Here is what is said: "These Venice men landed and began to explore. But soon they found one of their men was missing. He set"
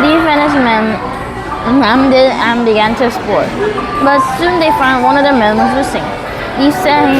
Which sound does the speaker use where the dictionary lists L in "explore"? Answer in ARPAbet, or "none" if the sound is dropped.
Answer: none